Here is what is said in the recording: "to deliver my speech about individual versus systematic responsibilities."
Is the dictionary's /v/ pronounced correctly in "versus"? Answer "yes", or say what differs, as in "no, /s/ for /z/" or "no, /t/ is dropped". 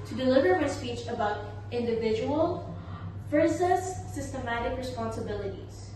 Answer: no, /f/ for /v/